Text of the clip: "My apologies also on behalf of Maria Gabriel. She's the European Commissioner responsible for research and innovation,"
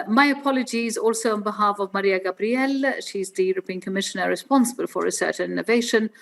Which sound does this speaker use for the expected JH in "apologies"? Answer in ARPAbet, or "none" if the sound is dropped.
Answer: JH